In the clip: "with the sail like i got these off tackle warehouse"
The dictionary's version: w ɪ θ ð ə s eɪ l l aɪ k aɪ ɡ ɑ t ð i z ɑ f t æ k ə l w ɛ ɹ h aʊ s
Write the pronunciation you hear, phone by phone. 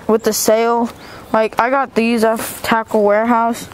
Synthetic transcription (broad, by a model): w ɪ ð ə s eɪ l l aɪ k aɪ ɡ ɑ t ð i z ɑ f t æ k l w ɛ ɹ h aʊ s